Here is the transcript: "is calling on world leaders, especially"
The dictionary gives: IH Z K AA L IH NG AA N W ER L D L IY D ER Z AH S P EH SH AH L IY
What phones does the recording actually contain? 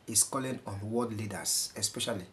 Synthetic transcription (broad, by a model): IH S K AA L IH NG AA N W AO D L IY D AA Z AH S P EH SH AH L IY